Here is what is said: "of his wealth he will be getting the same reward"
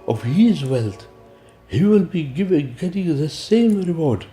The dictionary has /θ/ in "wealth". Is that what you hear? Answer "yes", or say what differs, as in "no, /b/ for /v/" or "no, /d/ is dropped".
no, /t/ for /θ/